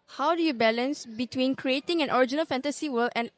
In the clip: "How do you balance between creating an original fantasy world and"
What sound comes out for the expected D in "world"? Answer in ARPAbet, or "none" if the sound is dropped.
none